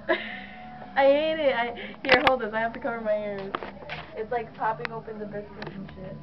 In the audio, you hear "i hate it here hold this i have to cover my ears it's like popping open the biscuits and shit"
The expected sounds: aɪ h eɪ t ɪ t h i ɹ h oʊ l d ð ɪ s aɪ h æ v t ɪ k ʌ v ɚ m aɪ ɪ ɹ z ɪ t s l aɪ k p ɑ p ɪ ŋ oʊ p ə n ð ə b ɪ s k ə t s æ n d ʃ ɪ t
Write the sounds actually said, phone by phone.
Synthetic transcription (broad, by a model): aɪ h eɪ t ɪ t h i ɹ h oʊ l d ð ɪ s aɪ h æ f t ɪ k ʌ v ɚ m aɪ ɪ ɹ z ɪ t s l aɪ k p ɑ p ɪ ŋ oʊ p ə n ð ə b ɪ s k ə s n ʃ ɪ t